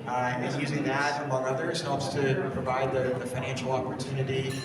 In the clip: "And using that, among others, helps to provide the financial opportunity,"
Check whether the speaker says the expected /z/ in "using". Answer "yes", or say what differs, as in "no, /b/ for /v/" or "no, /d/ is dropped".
yes